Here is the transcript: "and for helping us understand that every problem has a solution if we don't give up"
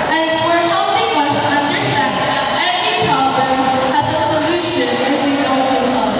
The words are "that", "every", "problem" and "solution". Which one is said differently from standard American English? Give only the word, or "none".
every